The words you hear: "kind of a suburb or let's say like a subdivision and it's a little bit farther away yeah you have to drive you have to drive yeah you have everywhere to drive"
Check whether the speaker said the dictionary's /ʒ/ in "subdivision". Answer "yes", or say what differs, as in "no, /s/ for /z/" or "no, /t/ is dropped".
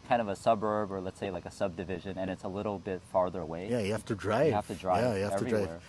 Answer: yes